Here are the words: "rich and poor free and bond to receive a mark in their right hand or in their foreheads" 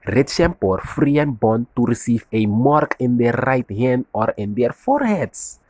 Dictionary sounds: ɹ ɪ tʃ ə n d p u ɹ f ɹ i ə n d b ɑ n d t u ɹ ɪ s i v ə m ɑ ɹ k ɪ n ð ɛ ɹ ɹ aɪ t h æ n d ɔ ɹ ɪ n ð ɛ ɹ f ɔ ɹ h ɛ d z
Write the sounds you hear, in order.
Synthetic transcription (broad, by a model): ɹ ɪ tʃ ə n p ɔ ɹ f ɹ i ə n b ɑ n t u ɹ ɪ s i f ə m ɑ ɹ k ɪ n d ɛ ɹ ɹ aɪ t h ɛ n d ɔ ɹ ɪ n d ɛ ɹ f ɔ ɹ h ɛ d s